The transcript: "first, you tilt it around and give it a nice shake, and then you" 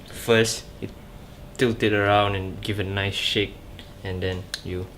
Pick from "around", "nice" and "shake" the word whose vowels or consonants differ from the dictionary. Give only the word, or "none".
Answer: none